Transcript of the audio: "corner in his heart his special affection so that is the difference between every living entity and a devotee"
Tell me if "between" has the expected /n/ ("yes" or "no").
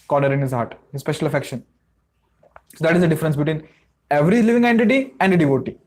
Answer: yes